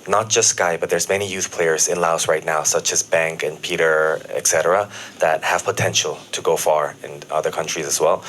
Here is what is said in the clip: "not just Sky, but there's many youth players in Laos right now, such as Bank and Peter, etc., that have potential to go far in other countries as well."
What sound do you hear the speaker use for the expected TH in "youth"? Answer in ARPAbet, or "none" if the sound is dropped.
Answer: TH